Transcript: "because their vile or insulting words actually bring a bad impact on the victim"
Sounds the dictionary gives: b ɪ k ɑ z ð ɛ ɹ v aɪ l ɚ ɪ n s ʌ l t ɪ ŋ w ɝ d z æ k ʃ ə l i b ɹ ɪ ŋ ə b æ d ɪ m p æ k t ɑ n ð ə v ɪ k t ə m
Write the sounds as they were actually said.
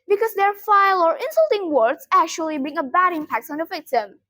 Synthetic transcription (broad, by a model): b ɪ k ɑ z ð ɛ ɹ f aɪ l ɚ ɪ n s ʌ l t ɪ ŋ w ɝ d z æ k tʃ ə l i b ɹ ɪ ŋ ə b æ d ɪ m p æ k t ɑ n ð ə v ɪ k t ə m